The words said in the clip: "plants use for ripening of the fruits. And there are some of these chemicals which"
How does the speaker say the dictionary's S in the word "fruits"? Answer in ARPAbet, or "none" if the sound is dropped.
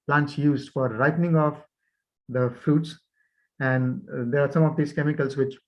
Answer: S